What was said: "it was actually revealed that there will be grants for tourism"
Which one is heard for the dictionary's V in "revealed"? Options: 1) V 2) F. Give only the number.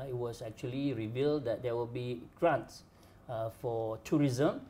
1